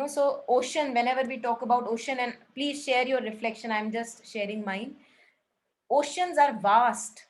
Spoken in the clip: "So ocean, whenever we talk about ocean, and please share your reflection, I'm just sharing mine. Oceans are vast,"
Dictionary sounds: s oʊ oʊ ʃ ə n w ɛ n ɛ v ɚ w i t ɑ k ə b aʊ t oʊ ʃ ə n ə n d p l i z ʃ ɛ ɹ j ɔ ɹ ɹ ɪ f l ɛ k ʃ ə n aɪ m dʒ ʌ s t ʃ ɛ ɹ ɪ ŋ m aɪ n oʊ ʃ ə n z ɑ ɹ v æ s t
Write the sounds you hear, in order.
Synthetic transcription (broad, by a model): s oʊ oʊ ʃ ə n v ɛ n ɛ v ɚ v i t ɑ k ə b aʊ t oʊ ʃ ə n ə n d p l i z ʃ ɛ ɹ j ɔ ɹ ɹ ɪ f l ɛ k ʃ ə n aɪ m dʒ ʌ s t ʃ ɛ ɹ ɪ ŋ m aɪ n oʊ ʃ ə n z ɑ ɹ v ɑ s t